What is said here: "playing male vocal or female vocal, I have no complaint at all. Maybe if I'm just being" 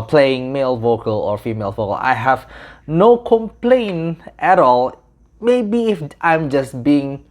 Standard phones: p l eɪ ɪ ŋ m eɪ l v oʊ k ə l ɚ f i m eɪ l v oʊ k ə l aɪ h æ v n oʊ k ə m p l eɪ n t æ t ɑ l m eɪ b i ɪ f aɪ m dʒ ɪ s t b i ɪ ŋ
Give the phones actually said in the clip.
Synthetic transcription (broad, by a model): p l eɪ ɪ ŋ m eɪ l v oʊ k ə l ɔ f i m eɪ l v oʊ k ə l aɪ h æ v n oʊ k ə m p l eɪ n t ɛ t ɑ l m eɪ b i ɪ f aɪ m dʒ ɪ s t b i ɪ ŋ